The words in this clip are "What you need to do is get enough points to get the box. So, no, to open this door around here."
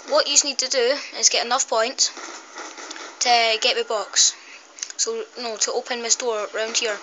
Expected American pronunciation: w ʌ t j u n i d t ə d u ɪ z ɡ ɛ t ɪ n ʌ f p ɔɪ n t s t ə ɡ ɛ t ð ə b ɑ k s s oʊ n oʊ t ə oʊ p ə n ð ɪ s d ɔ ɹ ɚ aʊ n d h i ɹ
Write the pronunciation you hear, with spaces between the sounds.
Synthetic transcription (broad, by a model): w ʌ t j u n i d t ə d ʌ ɪ z ɡ ɛ t ɪ n ʌ f p ɔɪ n t t ə ɡ ɛ t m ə b ɑ k s s oʊ n oʊ t ə oʊ p ə n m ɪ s d ɔ ɹ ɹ aʊ n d h i ɹ